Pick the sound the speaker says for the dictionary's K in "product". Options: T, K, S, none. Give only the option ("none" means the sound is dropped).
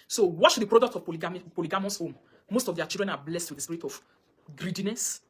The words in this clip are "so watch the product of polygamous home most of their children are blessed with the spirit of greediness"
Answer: K